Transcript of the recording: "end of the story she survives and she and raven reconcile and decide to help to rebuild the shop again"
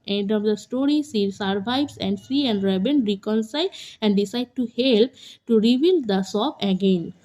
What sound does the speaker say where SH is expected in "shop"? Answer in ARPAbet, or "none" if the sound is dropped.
S